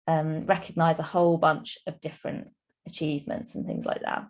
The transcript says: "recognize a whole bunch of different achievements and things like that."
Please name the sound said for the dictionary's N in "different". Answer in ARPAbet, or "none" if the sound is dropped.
N